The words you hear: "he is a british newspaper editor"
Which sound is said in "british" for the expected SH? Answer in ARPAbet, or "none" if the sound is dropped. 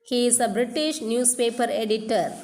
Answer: SH